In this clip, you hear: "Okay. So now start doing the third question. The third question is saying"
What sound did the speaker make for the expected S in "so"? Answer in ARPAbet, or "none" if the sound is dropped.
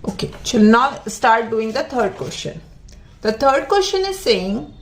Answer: SH